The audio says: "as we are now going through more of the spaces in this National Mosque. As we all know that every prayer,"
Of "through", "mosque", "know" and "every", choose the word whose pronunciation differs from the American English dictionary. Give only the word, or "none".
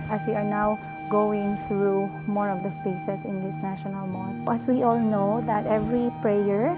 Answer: mosque